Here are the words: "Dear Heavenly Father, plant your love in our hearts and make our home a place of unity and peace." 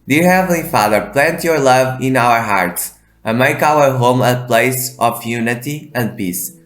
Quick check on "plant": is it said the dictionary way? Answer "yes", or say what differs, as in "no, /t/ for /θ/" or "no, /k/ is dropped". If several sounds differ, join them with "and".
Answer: yes